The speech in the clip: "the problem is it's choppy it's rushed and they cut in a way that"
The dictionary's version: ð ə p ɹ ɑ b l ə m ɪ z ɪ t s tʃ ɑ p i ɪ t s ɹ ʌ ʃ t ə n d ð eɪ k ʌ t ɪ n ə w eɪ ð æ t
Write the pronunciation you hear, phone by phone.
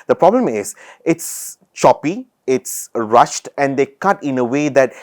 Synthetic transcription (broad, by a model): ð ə p ɹ ɑ b l ə m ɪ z ɪ t s tʃ ɑ p i ɪ t s ɹ ʌ ʃ t ə n d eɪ k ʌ t ɪ n ə w eɪ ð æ t